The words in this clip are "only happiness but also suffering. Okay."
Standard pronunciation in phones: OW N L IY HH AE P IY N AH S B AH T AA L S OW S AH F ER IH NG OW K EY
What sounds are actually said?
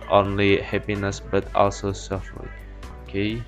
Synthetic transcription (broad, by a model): OW N L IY HH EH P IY N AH S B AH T AA L S OW S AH F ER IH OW K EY